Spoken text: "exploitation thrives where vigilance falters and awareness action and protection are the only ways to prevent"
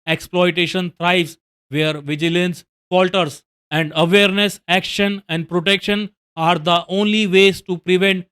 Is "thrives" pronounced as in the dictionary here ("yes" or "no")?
no